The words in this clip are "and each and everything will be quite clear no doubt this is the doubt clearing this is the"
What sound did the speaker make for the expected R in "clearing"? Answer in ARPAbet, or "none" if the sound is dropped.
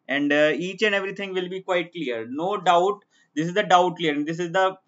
none